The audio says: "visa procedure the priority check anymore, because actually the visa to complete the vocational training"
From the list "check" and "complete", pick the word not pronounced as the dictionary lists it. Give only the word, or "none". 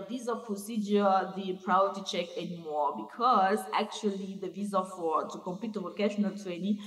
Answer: complete